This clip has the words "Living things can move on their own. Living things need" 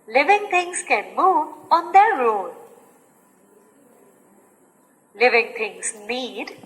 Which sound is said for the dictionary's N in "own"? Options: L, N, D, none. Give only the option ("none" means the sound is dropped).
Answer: L